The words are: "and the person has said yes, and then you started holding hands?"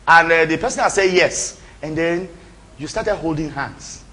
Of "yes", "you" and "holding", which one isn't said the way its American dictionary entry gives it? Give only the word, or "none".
none